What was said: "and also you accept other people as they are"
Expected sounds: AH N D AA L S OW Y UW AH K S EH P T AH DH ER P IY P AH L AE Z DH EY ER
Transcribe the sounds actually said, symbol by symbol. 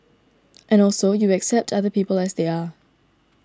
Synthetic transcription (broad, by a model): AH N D AA L S OW Y UW AH K S EH P T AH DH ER P IY P AH L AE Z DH EY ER